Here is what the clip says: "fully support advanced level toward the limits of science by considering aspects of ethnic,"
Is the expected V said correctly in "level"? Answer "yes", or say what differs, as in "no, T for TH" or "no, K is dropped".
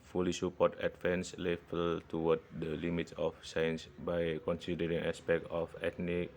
no, F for V